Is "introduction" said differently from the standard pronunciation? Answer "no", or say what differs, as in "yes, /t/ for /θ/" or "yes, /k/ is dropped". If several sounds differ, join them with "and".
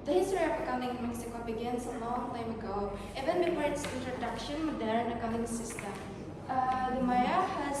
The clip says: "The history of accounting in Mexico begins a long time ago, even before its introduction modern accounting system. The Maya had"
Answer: no